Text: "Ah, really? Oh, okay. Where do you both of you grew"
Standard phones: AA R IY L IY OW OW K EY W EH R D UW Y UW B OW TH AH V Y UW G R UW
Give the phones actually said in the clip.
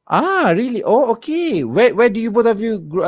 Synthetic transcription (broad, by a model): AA R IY L IY OW OW K EY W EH W D UW Y UW B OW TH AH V Y UW G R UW